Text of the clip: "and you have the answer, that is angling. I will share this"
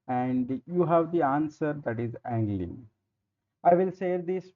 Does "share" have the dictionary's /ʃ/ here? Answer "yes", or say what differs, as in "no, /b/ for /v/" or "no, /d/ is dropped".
no, /s/ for /ʃ/